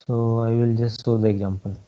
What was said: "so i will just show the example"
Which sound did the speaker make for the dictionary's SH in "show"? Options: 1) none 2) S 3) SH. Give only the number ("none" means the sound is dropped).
2